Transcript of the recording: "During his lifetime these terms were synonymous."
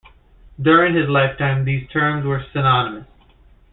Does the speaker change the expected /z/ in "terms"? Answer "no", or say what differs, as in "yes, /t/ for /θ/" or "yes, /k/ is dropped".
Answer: no